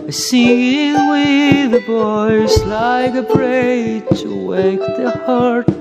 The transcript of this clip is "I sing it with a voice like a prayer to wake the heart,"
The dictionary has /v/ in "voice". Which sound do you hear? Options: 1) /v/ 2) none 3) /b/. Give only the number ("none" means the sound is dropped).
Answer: 3